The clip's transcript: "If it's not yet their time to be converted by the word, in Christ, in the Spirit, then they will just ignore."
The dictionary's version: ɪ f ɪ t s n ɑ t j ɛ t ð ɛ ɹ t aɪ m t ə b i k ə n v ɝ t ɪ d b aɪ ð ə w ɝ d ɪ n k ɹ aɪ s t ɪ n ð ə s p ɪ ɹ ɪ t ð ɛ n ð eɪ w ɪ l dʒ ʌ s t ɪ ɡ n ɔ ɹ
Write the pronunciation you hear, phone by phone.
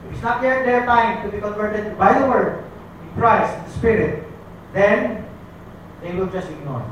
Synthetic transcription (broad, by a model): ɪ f ɪ t s n ɑ t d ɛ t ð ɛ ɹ t aɪ m t ə b i k ə n v ɝ t ɪ d b aɪ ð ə w ɝ d ɪ n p ɹ aɪ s ɪ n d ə s p ɪ ɹ ɪ t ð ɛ n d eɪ w ɪ l dʒ ʌ s t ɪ ɡ n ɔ ɹ